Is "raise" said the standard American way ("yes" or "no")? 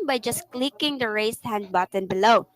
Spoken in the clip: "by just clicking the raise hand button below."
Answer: no